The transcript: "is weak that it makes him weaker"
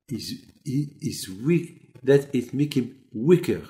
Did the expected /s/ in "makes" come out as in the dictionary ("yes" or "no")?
no